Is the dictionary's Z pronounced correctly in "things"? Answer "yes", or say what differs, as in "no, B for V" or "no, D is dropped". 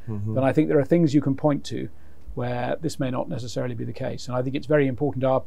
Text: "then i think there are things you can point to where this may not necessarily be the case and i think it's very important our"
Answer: yes